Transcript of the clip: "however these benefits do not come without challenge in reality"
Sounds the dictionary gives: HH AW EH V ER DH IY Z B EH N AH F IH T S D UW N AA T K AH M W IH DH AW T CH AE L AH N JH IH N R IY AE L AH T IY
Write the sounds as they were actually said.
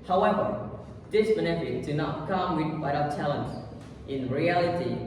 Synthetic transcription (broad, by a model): HH AW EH V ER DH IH S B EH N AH F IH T D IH N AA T K AH M W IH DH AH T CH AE L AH N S IH N R IY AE L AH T IY